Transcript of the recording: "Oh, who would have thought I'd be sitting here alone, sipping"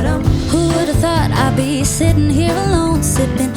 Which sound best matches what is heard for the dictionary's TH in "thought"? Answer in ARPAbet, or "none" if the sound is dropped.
TH